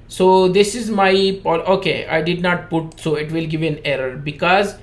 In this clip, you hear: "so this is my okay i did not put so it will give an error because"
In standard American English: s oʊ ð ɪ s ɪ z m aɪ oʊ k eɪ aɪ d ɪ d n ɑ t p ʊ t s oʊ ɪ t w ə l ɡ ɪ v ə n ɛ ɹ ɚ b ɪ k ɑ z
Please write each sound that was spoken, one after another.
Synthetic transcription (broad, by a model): s oʊ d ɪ s ɪ z m aɪ oʊ k eɪ aɪ d ɪ d n ɑ t p ʊ t s oʊ ɪ t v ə l ɡ ɪ v ə n ɛ ɹ ɚ b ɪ k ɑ z